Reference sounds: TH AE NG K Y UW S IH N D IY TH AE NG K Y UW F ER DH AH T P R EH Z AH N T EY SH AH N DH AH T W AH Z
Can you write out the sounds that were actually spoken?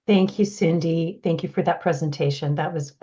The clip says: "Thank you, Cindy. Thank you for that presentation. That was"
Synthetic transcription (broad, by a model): TH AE NG K Y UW S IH N D IY TH AE NG K Y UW F ER DH AH T P R EH Z AH N T EY SH AH N DH AH T W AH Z